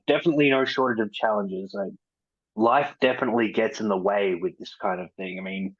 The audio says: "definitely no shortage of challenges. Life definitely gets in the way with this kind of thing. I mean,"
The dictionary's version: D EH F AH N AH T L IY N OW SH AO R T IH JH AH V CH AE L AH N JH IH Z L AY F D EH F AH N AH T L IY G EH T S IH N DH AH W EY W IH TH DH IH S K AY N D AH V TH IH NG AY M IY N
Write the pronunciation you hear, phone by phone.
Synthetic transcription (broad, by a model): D EH F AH N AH T L IY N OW SH AO R T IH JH AH V CH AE L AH N JH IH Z L AY F D EH F AH N AH T L IY G EH T S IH N DH AH W EY W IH DH IH S K AY N D AH V TH IH NG AY M IY N